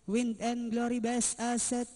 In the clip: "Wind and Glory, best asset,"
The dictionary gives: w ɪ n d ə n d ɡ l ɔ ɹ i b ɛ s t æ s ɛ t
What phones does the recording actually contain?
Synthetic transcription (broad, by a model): w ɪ n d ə n ɡ l ɔ ɹ i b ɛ s ɑ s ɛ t